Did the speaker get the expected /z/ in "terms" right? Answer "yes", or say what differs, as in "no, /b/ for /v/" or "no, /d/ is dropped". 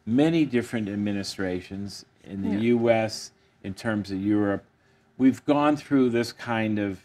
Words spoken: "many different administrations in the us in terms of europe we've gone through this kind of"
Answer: yes